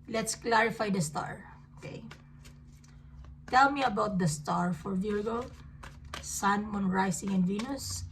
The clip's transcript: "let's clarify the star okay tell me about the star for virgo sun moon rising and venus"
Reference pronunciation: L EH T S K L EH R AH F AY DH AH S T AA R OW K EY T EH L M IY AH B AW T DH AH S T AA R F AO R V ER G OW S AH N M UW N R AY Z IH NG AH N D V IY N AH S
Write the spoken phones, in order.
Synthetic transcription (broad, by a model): L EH T S K L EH R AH F AY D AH S T AA R OW K EY T EH L M IY AH B AW T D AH S T AA R F AO R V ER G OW S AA N M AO N R AY S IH NG AH N D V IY N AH S